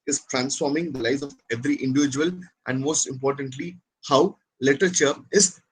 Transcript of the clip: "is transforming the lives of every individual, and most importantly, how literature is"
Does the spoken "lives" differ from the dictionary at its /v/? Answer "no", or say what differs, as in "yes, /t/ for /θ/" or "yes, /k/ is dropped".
yes, /v/ is dropped